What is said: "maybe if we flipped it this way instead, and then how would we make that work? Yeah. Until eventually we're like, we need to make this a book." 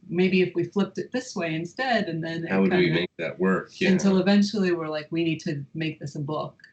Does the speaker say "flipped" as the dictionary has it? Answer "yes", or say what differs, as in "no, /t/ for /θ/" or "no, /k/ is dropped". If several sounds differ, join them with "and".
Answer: yes